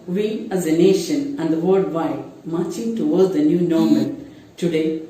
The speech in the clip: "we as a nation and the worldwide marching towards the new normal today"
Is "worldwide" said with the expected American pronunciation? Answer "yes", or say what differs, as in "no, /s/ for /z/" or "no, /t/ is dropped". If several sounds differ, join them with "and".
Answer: no, /l/ is dropped